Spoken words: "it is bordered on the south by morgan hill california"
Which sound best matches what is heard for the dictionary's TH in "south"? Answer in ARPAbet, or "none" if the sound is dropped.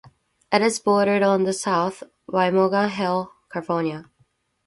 TH